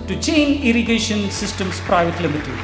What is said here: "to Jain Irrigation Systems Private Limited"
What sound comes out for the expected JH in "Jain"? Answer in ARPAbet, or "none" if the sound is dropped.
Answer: CH